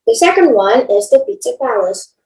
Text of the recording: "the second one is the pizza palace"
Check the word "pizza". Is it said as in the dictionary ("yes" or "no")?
no